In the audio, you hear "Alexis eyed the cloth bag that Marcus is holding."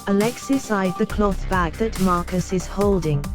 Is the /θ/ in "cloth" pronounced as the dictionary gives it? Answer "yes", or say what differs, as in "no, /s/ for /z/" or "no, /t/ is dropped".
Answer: yes